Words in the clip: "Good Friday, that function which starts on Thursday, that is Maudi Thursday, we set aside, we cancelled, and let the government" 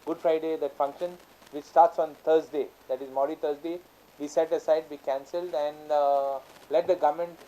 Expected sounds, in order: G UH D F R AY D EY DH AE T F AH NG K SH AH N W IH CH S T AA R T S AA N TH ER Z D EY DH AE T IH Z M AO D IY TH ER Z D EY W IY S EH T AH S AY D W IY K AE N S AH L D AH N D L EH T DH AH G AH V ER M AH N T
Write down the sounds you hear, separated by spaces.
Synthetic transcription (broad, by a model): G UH D F R AY D EY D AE T F AH NG K SH AH N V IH CH S T AA R T S AA N T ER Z D EY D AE T IH Z M AO D IY T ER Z D EY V IY S EH T AH S AY D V IY K AE N S AH L D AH N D L EH T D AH G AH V M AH N T